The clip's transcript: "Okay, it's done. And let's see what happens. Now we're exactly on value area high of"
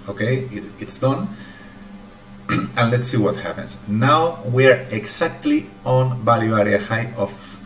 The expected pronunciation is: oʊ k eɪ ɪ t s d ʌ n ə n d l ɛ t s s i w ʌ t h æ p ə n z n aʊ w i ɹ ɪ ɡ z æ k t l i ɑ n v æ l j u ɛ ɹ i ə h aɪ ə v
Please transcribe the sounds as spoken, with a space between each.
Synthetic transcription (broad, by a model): oʊ k eɪ ɪ t s d ʌ n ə n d l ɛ t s s i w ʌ t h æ p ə n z n aʊ w i ɹ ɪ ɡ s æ k t l i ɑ n b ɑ l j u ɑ ɹ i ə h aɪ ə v